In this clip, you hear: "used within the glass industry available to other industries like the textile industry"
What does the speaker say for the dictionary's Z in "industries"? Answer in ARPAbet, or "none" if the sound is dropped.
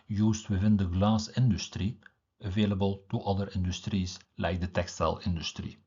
S